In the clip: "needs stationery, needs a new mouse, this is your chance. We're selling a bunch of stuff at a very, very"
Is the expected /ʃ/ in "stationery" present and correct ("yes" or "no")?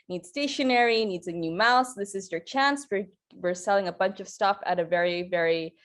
yes